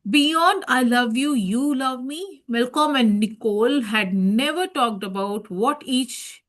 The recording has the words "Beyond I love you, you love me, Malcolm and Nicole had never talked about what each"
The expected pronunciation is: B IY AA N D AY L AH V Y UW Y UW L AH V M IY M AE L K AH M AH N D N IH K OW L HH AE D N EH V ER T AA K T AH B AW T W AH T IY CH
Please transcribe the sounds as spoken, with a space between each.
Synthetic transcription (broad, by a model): B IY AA N D AY L AH V Y UW Y UW L AH V M IY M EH L K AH M AH N D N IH K OW L HH AE D N EH V ER T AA K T AH B AW T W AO T IY CH